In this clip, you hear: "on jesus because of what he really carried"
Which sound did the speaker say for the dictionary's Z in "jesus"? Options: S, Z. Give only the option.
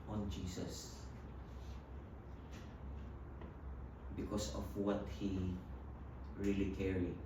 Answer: S